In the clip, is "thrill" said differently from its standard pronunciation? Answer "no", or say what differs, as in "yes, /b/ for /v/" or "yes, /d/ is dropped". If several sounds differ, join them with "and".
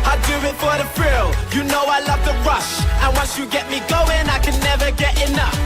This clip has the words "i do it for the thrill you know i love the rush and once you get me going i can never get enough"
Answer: yes, /f/ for /θ/